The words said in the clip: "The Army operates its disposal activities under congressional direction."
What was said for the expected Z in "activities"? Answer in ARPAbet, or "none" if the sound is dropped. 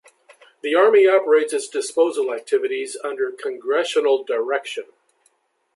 Z